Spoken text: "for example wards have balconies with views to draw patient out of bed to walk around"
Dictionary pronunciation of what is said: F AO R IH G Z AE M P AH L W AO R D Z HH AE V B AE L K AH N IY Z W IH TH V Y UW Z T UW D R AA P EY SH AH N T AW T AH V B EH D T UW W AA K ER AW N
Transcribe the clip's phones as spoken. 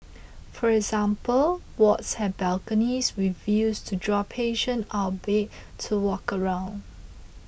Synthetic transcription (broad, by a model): F AO R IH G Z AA M P AH L W AO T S HH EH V B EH L K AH N IY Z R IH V Y UW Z T UW D R AA P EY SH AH N AW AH B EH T T UW W AA K ER AW N